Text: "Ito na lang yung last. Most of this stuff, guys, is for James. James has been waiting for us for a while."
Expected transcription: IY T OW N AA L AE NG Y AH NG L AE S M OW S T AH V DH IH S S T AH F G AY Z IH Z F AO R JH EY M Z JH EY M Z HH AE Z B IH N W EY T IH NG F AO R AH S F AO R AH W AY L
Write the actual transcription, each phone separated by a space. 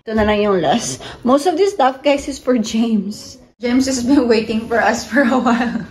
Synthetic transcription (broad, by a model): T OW N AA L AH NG Y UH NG L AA S M OW S T AH V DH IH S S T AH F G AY S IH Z F AO R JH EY M S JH EY M S HH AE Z B IH N W EY T IH NG F AO R AH S F AO R AH W AY L